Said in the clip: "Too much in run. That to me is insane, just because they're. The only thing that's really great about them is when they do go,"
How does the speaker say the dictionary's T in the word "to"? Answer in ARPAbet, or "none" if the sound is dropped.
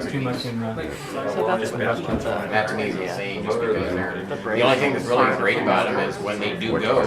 S